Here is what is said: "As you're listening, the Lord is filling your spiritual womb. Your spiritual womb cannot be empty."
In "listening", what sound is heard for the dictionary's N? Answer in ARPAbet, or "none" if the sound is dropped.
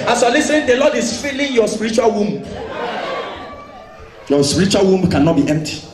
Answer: none